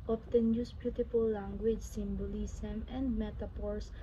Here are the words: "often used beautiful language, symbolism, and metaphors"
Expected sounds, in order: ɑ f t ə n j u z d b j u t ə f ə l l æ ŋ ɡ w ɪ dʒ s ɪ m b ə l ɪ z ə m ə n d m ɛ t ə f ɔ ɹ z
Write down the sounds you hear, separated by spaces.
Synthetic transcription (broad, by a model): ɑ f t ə n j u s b j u t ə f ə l l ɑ ŋ ɡ w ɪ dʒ s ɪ m b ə l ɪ s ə m ə n d m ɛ t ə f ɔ ɹ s